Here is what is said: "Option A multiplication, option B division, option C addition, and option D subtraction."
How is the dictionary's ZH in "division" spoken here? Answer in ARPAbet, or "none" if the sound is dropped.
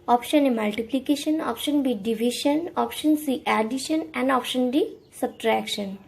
SH